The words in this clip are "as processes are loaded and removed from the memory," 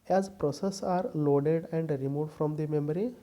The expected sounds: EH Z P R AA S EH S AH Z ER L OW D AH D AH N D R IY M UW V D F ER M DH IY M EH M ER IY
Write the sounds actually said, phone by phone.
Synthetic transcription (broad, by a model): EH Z P R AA S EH S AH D L OW D AH D AH N D R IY M UW F D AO M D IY M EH M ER IY